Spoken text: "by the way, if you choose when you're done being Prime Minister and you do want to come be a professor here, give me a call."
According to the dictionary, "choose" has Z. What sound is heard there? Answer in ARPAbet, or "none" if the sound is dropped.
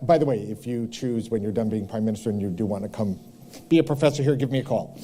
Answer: Z